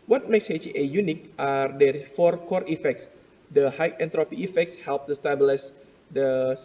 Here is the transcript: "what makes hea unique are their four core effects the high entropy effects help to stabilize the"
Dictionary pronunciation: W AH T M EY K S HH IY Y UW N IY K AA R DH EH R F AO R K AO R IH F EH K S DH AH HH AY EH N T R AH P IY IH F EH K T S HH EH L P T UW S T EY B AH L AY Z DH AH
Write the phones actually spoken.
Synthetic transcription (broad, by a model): W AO T M EY K S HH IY Y UW N IY K AA R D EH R F AO R K AO R IH F EH K S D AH HH AY EH N T R AH P IY IH F EH K T S HH EH L P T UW S T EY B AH L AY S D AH